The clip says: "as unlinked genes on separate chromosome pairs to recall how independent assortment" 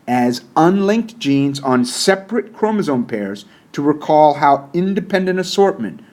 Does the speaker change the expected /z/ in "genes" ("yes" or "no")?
no